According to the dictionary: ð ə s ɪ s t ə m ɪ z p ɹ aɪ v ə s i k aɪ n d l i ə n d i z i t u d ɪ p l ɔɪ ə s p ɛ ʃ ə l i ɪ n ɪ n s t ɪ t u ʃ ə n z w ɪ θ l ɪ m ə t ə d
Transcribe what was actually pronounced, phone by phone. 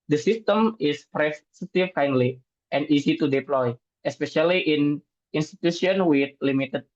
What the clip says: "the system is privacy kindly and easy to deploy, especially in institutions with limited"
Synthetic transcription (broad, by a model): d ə s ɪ s t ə m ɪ s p ɹ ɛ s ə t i k aɪ n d l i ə n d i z i t u d ɪ p l ɔɪ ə s p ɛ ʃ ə l i ɪ n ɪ n s t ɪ t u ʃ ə n w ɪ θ l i m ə t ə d